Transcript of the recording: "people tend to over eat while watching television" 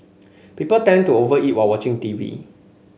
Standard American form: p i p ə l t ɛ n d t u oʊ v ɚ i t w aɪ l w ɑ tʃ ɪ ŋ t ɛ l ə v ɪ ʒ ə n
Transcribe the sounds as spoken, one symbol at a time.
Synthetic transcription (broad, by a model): p i p ə l t ɛ n t u oʊ v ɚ i t w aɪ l w ɑ tʃ ɪ ŋ t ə v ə